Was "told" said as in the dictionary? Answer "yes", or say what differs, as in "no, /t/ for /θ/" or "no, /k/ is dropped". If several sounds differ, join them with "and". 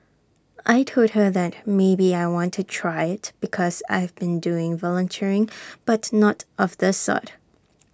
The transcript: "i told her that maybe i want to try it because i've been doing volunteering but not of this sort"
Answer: no, /l/ is dropped